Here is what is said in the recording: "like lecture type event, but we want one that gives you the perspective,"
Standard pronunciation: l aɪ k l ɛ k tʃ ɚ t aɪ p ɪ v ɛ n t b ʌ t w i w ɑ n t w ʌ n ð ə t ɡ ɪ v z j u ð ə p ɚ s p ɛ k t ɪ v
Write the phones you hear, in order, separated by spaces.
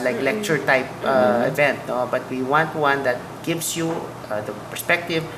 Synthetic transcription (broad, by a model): l aɪ k l ɛ k tʃ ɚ t aɪ p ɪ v ɛ n t b ʌ t w i w ɑ n t w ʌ n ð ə t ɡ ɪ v s j u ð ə p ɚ s p ɛ k t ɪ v